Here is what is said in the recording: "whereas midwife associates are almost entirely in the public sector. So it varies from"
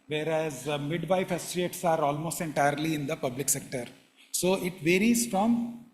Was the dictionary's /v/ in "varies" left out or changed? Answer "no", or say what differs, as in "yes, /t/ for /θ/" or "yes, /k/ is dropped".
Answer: no